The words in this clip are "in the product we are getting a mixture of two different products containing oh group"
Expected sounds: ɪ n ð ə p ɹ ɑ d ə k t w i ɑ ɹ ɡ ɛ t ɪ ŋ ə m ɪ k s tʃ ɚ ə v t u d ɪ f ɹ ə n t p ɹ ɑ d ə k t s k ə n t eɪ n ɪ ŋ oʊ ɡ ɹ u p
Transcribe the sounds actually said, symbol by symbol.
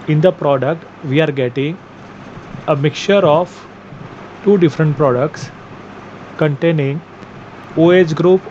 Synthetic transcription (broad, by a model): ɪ n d ə p ɹ ɑ d ə k t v i ɑ ɹ ɡ ɛ t ɪ ŋ ə m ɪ k tʃ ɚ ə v t u d ɪ f ɹ ə n t p ɹ ɑ d ə k t s k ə n t eɪ n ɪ ŋ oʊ ɡ ɹ u p